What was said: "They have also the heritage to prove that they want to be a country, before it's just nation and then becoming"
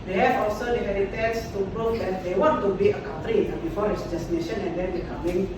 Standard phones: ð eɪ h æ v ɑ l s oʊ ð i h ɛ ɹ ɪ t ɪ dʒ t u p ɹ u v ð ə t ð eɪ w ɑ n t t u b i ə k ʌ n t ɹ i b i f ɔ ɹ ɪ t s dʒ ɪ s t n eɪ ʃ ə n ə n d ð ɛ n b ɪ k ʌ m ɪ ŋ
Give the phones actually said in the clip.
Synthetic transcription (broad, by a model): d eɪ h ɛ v ɑ l s oʊ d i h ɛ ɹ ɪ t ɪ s t u b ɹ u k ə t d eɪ w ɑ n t t u b i ə k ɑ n t ɹ i b i f ɔ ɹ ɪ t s dʒ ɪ s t n eɪ ʃ ə n ə n d ɛ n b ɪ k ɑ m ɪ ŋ